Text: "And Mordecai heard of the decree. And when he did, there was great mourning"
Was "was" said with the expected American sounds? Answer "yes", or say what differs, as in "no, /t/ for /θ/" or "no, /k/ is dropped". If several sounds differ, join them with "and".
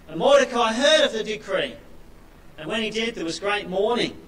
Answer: yes